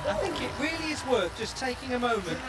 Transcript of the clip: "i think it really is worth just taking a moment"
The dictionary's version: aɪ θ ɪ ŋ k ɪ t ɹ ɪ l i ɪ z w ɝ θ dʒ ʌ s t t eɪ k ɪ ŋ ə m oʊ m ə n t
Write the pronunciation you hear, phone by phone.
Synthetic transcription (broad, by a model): aɪ θ ɪ ŋ k ɪ t ɹ ɪ l i ɪ z w ɝ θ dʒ ʌ s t t eɪ k ɪ ŋ ə m oʊ m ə n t